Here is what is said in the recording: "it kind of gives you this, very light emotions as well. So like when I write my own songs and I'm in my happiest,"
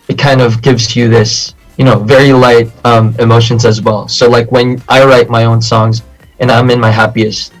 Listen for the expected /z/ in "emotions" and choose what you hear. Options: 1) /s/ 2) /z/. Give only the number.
2